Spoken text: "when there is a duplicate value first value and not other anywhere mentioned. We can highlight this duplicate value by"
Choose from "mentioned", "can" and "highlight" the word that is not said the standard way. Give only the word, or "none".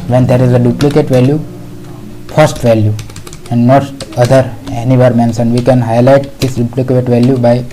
mentioned